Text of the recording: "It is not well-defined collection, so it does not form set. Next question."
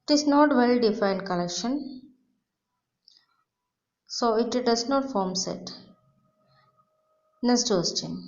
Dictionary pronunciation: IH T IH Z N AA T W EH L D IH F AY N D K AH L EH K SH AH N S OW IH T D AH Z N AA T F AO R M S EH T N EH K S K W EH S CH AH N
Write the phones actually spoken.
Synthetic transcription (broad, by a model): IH T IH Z N AA T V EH L D IH F AY N D K AH L EH K SH AH N S OW IH T D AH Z N AA T F AO R M S EH T N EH S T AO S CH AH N